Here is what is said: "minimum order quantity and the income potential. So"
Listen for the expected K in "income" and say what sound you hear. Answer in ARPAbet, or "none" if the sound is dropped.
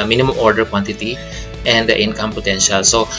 K